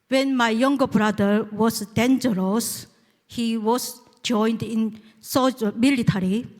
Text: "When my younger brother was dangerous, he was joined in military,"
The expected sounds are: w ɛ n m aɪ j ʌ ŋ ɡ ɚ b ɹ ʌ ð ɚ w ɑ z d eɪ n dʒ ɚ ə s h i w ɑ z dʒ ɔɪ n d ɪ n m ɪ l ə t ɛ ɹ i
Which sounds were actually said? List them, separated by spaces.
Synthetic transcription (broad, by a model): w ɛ n m aɪ j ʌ ŋ ɡ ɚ b ɹ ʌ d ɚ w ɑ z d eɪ n dʒ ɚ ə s h i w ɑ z dʒ ɔɪ n d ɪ n m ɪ l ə t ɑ ɹ i